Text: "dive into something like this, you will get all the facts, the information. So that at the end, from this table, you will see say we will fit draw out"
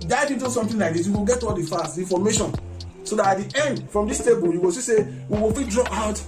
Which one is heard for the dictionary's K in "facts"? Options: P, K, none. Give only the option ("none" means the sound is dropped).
none